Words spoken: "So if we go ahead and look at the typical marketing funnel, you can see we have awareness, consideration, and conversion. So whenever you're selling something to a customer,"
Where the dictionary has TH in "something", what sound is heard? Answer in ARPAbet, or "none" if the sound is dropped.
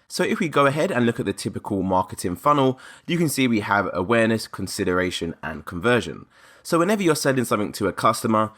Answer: TH